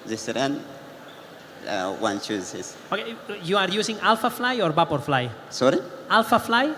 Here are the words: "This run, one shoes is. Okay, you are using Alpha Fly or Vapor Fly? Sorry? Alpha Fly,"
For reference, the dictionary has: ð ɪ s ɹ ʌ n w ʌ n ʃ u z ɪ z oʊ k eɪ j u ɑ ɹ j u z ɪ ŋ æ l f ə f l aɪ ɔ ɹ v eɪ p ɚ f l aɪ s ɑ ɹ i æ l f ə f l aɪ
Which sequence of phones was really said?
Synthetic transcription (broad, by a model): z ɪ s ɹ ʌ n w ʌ n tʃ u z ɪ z oʊ k eɪ j u ɑ ɹ j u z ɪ ŋ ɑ l f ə f l aɪ ɔ ɹ b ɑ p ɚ f l aɪ s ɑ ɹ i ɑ l f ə f l aɪ